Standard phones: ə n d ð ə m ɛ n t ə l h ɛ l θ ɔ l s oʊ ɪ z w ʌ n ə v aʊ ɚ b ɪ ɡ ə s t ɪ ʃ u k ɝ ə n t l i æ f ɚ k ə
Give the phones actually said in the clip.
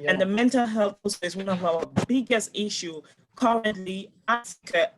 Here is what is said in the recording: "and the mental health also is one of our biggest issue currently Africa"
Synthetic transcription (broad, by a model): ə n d ð ə m ɛ n t ə l h ɛ l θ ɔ s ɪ s w ʌ n ə v aʊ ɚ b ɪ ɡ ə s t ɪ ʃ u k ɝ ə n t l i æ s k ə